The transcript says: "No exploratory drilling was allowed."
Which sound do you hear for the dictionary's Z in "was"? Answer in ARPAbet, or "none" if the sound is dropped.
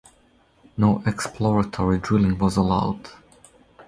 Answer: Z